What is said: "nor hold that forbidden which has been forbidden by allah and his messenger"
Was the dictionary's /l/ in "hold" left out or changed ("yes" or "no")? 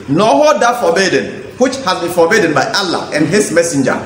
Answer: yes